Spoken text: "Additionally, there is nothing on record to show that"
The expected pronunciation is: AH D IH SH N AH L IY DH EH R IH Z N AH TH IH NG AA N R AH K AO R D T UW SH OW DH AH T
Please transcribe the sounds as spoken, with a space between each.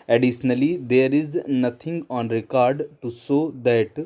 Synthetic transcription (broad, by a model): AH D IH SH N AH L IY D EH R IH Z N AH T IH NG AA N R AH K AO R D T UW S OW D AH T